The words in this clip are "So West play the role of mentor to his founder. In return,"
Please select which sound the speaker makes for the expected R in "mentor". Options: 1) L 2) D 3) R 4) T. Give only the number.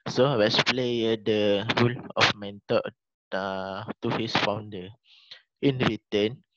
1